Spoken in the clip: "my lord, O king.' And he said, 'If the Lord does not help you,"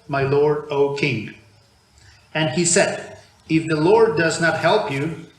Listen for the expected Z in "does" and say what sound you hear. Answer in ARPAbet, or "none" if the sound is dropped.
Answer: Z